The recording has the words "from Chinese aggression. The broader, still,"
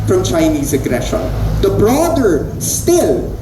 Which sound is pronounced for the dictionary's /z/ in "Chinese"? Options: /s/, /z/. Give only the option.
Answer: /z/